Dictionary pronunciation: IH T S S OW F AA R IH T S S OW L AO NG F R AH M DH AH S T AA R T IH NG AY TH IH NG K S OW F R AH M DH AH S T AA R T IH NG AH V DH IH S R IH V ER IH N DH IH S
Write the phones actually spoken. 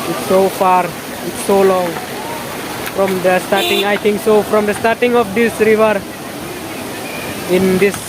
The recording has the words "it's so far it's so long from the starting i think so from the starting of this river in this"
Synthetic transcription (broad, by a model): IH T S S OW F AA R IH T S S OW L AO NG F R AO M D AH S T AA R T IH NG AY T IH NG K S OW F R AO M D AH S T AA R T IH NG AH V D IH S R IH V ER IH N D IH S